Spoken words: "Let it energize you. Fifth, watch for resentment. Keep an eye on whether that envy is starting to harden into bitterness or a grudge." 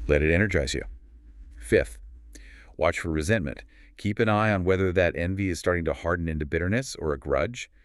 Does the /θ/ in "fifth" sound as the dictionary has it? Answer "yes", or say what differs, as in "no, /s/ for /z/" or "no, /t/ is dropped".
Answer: yes